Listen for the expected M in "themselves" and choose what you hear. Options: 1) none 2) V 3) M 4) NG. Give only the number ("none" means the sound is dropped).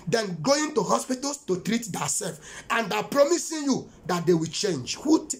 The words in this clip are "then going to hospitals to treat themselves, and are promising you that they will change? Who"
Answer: 1